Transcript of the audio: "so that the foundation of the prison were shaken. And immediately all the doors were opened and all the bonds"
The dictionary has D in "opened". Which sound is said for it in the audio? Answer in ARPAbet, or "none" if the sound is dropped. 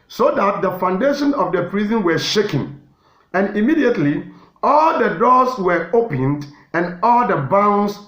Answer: D